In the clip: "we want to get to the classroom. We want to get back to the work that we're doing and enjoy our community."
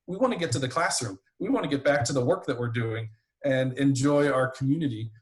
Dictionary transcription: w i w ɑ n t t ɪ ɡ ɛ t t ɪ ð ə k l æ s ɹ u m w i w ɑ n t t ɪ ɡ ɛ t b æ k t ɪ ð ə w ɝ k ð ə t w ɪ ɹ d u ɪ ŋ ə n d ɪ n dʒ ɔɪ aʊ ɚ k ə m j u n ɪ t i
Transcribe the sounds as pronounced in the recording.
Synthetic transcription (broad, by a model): w i w ɑ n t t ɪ ɡ ɛ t t ɪ ð ə k l æ s ɹ u m w i w ɑ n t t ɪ ɡ ɛ t b æ k t ɪ ð ə w ɝ k ð ə t w ɪ ɹ d u ɪ ŋ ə n ɪ n dʒ ɔɪ aʊ ɚ k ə m j u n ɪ t i